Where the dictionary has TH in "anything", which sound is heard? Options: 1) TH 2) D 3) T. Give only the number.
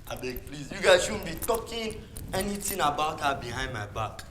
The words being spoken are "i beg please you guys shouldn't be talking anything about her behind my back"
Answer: 3